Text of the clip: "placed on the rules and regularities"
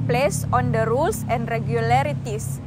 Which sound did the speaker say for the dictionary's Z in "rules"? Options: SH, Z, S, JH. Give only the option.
S